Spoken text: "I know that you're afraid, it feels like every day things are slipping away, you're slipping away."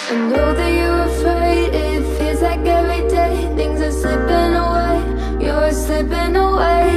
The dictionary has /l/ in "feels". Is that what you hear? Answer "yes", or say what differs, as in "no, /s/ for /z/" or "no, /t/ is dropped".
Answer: no, /l/ is dropped